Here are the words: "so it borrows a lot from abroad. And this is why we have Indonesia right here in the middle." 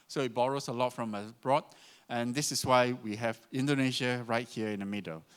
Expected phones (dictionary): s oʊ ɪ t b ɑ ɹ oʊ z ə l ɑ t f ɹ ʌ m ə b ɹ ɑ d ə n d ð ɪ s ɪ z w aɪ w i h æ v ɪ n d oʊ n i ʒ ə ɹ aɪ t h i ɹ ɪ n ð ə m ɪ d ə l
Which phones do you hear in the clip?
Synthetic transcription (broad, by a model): s oʊ ɪ t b ɑ ɹ oʊ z ə l ɑ t f ɹ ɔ m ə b ɹ ɑ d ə n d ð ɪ s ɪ s w aɪ w i h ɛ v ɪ n d oʊ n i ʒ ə ɹ aɪ t h i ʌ ɪ n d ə m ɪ d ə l